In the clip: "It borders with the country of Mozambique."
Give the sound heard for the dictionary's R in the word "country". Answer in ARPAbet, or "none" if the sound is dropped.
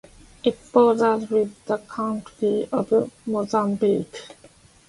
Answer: none